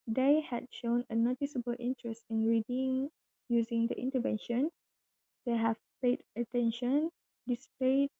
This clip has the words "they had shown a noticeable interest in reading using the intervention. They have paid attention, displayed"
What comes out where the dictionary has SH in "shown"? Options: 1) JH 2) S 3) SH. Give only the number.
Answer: 3